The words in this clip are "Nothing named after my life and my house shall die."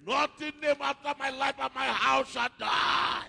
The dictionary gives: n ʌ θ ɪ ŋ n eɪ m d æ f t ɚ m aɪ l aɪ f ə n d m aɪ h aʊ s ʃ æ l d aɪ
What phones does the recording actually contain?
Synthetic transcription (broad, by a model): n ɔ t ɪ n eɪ m ɑ f t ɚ m aɪ l aɪ f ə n m aɪ h aʊ s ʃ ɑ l d aɪ